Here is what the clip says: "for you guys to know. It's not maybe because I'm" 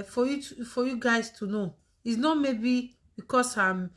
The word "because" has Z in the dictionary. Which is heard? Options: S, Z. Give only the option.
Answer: S